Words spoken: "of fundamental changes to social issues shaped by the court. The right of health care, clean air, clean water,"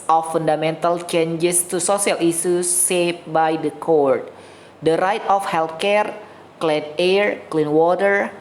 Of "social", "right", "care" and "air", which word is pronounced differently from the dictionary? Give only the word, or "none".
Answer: social